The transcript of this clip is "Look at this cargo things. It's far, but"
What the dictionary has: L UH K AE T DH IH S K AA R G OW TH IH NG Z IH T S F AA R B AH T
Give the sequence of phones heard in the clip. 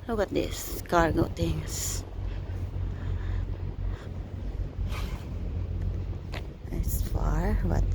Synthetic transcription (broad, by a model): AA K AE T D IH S K AA R G OW T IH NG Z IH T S F AA R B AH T